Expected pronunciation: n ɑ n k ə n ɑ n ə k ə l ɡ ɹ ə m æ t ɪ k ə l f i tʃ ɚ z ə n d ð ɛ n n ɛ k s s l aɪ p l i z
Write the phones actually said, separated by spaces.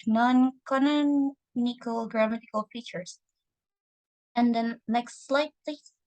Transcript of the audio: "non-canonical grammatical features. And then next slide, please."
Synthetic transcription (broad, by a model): n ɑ n k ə n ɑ n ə k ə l ɡ ɹ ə m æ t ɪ k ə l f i tʃ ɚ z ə n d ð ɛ n l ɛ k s s l aɪ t l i